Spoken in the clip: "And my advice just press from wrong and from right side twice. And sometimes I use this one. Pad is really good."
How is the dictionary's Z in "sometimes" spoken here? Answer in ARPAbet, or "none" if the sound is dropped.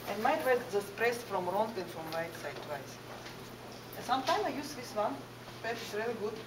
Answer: none